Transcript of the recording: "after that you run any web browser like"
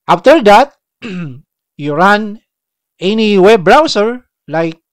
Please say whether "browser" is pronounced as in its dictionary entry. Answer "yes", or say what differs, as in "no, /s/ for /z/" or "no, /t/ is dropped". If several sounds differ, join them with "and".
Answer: no, /s/ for /z/